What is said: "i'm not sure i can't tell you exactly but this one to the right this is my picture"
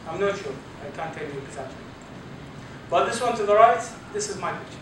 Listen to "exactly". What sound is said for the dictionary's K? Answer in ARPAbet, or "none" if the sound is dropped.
none